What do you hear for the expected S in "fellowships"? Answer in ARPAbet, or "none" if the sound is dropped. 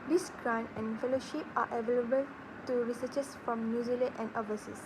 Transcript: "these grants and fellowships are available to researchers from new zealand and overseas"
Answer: none